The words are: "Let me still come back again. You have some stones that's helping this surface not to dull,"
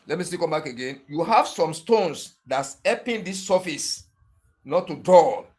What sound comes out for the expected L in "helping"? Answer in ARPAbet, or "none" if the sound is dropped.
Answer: none